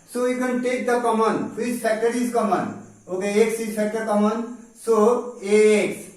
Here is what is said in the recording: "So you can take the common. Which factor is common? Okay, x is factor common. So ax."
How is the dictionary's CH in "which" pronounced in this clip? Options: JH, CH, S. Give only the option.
S